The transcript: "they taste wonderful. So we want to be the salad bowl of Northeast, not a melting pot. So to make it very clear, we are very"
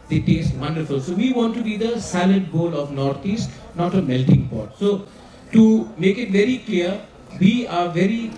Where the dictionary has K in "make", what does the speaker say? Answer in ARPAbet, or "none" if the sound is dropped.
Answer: K